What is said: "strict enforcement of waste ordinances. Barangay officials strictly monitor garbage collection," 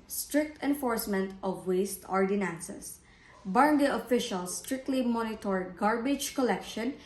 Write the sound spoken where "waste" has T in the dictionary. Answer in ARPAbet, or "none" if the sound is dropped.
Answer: T